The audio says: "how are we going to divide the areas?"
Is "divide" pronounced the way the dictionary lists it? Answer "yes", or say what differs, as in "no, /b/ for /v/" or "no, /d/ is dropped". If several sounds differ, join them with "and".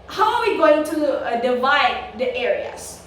yes